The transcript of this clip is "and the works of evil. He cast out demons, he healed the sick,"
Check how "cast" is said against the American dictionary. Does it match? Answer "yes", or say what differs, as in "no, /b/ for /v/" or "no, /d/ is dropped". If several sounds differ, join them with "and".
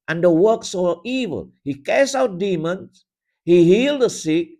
no, /t/ is dropped